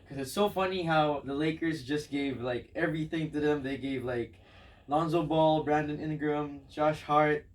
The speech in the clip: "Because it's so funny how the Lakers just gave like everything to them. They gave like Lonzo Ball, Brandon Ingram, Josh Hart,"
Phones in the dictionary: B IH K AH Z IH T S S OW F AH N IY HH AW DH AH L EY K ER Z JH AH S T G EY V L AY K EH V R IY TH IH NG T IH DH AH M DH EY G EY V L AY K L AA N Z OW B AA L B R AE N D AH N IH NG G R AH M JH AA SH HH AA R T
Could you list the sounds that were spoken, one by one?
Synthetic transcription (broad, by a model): K AH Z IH T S S OW F AH N IY HH AW DH AH L EY K ER Z JH AH S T G EY V L AY K EH V R IY TH IH NG T IH DH AH M DH EY G EY V L AY K L AA N Z OW B AA L B R AE N D AH N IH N G R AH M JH AA SH HH AA R T